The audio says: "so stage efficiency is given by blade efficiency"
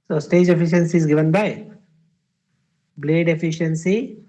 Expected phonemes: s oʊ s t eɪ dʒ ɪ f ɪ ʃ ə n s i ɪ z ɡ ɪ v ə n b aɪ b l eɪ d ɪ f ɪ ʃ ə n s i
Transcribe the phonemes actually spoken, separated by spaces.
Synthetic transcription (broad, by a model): s oʊ s t eɪ dʒ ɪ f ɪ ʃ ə n s i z ɡ ɪ v ə n b aɪ b l eɪ d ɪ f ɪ ʃ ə n s i